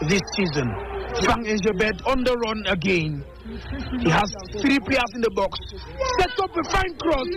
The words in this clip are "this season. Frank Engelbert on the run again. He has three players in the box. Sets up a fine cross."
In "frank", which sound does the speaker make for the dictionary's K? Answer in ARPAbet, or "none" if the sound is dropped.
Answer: none